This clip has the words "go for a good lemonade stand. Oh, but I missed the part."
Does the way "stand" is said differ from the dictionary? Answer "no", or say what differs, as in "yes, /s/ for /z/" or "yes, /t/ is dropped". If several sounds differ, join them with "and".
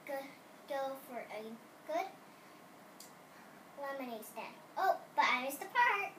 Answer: yes, /d/ is dropped